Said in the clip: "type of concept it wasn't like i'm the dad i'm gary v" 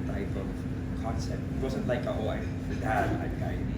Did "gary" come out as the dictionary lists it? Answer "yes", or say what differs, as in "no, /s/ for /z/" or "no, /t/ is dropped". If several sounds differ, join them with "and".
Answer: no, /ɹ/ is dropped